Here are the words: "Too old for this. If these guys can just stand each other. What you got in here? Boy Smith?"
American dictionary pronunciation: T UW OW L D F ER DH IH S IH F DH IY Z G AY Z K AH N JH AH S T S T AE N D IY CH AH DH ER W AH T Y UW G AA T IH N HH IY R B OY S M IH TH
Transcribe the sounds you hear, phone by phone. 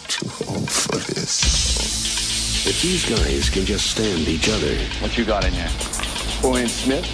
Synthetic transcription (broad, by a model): T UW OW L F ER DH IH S IH F DH IY Z G AY Z K AH N JH AH S T S T AE N D IY CH AH DH ER W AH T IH G AA T IH N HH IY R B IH S M IH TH